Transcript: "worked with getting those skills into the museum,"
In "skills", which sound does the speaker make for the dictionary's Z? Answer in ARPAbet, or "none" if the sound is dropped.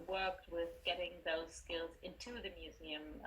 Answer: Z